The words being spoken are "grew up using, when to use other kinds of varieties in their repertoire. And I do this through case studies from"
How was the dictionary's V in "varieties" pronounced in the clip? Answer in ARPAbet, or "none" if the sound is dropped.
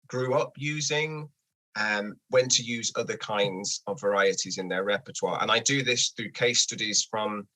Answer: V